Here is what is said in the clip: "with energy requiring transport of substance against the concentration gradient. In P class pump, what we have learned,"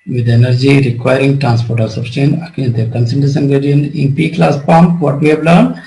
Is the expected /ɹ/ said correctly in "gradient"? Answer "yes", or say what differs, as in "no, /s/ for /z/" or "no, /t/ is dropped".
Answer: no, /ɹ/ is dropped